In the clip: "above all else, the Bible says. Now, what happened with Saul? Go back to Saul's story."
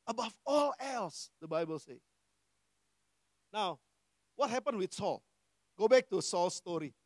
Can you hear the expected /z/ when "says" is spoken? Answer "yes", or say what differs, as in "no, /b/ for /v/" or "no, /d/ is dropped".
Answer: no, /z/ is dropped